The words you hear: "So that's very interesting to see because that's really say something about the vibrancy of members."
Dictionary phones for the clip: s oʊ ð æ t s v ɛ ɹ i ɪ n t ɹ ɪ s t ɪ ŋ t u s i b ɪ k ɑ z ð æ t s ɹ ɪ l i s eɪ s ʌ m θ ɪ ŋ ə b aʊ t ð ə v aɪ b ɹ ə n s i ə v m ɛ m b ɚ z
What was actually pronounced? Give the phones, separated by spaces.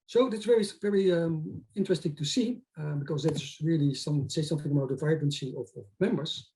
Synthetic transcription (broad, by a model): s oʊ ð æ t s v ɛ ɹ i ɪ n t ɹ ɪ s t ɪ ŋ t u s i b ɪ k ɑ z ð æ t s ɹ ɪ l i s eɪ s ʌ m θ ɪ ŋ ə b aʊ t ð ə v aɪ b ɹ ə n s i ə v m ɛ m b ɚ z